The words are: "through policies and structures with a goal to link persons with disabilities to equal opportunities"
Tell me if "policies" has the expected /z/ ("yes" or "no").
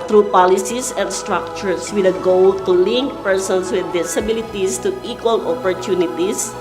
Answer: no